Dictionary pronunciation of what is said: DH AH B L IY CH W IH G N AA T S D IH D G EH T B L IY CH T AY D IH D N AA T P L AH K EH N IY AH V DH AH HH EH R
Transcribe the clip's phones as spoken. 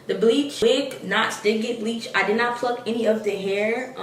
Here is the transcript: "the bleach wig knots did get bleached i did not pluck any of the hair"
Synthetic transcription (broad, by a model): DH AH B L IY CH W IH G N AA T S D IH D G EH T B L IY CH AY D IH D N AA T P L AH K EH N IY AH V DH AH HH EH R